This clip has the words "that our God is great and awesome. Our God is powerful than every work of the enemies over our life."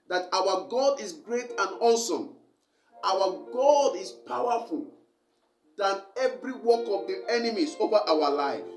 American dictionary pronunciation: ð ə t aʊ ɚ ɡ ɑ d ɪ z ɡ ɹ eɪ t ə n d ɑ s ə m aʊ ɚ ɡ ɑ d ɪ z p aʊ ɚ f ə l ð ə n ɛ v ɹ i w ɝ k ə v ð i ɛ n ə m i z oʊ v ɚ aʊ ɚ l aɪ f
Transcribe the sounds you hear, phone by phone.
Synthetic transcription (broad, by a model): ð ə t aʊ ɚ ɡ ɑ d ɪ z ɡ ɹ eɪ t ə n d ɑ s ə m aʊ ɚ ɡ ɑ d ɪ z p aʊ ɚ f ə l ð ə n ɛ v ɹ i w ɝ k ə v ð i ɛ n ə m i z oʊ v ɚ aʊ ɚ l aɪ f